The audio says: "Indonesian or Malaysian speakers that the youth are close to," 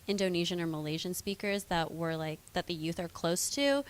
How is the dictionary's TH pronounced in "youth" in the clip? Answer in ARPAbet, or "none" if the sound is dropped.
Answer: TH